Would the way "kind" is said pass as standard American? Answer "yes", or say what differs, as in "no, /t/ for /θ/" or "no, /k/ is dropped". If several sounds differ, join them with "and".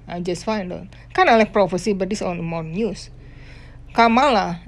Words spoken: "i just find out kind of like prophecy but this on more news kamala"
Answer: no, /d/ is dropped